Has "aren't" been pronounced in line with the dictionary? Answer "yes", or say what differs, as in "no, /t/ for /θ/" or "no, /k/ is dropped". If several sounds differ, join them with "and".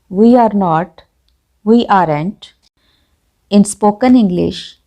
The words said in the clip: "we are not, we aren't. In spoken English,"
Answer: yes